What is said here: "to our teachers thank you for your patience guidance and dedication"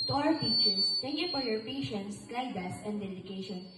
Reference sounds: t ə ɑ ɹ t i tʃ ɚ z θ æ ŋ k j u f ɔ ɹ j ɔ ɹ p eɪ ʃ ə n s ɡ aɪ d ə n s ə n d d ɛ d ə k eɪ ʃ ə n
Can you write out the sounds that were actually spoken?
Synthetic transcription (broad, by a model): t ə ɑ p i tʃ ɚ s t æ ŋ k j u f ɔ ɹ j ɔ ɹ p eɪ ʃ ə n s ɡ aɪ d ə s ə n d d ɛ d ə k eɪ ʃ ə n